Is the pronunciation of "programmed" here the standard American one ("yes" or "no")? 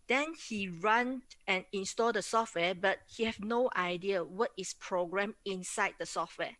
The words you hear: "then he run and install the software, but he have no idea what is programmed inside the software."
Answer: no